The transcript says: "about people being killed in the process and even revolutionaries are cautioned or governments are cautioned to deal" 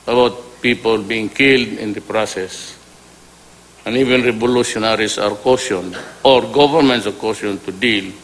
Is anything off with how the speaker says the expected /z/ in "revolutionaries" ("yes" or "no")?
yes